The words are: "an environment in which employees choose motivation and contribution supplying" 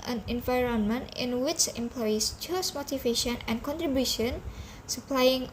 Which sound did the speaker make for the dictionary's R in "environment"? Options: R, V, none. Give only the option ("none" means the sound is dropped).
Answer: R